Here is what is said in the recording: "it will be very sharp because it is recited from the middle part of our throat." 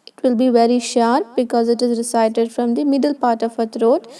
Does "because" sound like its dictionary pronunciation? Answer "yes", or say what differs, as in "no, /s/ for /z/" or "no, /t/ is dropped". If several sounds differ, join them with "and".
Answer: yes